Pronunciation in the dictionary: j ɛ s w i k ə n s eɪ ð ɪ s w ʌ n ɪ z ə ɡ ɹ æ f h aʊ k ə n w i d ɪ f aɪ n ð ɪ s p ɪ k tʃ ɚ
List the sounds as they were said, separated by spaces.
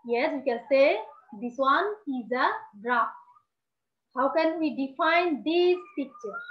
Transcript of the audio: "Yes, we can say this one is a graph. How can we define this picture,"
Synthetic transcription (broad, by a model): j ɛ s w i k ə n s eɪ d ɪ s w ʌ n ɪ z ə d ɹ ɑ p h aʊ k ə n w i d ɪ f aɪ n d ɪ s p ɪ k tʃ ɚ